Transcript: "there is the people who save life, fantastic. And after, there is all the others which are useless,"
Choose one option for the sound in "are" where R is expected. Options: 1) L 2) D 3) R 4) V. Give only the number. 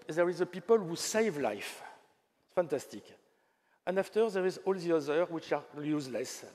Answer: 1